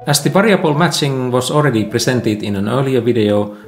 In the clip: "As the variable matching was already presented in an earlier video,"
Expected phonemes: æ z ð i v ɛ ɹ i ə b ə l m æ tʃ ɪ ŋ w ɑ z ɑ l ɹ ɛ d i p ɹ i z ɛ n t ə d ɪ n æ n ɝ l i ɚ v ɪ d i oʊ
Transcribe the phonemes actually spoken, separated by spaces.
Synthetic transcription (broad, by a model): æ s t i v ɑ ɹ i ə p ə l m æ tʃ ɪ ŋ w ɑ s ɑ l ɹ ɛ d i p ɹ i s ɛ n t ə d ɪ n æ n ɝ l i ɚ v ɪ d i oʊ